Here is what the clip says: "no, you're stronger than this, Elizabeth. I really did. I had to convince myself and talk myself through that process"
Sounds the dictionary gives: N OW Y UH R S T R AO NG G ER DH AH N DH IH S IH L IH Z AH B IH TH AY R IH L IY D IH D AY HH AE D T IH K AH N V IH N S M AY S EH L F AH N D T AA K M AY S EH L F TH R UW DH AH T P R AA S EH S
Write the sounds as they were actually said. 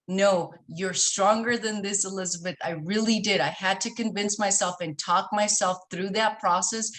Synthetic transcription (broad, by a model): N OW Y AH R S T R AO NG G ER DH AH N DH IH S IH L IH Z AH B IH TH AY R IH L IY D IH D AY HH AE D T IH K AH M V IH N S M AY S EH L F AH N T AA K M AY S EH L F TH R UW DH AH T P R AA S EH S